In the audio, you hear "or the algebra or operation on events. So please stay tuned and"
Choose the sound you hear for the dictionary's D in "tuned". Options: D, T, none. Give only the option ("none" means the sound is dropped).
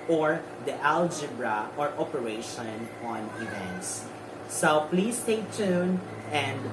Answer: none